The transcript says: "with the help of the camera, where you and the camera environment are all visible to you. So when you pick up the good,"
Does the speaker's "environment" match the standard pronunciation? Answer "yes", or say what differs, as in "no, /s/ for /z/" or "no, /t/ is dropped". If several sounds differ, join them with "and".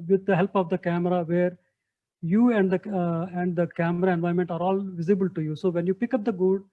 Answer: no, /ɹ/ is dropped